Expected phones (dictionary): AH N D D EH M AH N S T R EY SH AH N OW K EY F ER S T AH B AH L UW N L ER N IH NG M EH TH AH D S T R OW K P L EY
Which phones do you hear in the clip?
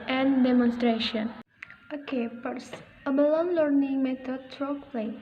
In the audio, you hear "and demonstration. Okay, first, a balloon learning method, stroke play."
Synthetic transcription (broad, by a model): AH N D D EH M AH N S T R EY SH AH N OW K EY P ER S AH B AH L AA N L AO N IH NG M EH T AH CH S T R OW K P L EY